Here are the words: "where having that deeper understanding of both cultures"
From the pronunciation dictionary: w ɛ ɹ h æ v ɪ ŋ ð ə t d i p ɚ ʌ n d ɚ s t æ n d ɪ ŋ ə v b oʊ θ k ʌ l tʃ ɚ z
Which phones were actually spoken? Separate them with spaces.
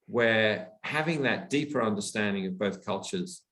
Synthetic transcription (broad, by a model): w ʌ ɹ h æ v ɪ ŋ ð ə t d i p ɚ ʌ n d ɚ s t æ n d ɪ ŋ ə v b oʊ θ k ʌ l tʃ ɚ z